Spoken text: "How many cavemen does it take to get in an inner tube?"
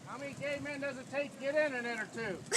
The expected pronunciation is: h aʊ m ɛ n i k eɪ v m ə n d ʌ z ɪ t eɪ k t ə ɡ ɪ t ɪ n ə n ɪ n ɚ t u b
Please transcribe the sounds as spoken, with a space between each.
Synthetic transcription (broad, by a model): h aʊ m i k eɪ m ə n d ʌ z ɪ t eɪ k ɡ ɪ t ɪ n ə n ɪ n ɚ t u